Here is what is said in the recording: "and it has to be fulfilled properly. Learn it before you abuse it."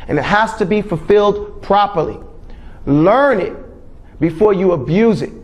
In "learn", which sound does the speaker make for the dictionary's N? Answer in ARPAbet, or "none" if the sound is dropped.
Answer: N